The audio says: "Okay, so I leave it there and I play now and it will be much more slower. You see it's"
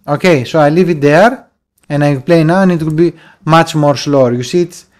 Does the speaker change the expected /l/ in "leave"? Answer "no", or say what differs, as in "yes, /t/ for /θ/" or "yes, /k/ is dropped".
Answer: no